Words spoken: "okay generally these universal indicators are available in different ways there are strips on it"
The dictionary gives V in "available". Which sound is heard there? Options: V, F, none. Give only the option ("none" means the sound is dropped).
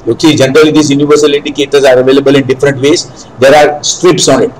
V